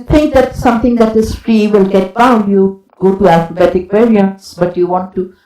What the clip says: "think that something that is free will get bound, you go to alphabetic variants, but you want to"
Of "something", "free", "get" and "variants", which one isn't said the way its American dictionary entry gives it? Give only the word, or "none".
something